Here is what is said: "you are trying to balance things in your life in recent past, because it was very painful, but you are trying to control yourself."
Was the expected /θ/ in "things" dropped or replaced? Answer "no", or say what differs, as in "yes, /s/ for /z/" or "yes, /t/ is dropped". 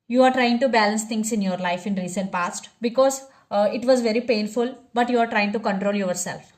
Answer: yes, /t/ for /θ/